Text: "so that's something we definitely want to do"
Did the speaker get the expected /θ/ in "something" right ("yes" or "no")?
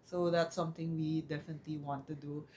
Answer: no